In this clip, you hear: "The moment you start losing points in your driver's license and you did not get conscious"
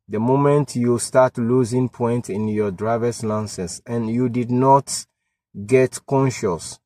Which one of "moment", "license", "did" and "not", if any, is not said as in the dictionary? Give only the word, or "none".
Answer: license